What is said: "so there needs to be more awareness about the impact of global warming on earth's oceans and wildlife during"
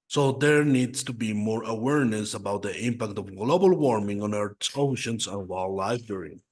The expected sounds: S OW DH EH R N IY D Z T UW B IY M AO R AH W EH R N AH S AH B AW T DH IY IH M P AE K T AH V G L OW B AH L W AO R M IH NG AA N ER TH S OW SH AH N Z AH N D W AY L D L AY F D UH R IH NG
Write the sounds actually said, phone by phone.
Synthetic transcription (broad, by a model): S OW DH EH R N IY D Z T UW B IY M AO R AH W EH R N AH S AH B AW T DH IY IH M P AE K T AH V G L OW B AH L W AO R M IH NG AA N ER T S OW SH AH N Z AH N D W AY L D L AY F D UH R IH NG